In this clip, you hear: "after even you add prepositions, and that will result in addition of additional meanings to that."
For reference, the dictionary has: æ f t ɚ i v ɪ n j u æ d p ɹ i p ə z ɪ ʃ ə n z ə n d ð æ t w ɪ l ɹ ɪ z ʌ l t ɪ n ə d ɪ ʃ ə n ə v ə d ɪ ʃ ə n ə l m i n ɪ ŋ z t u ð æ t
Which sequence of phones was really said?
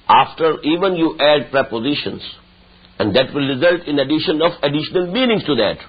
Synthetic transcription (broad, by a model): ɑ f t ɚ i v ɪ n j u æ d p ɹ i p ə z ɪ ʃ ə n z ə n d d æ t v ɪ l ɹ ɪ z ʌ l t ɪ n ə d ɪ ʃ ə n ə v ə d ɪ ʃ ə n ə l m i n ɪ ŋ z t u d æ t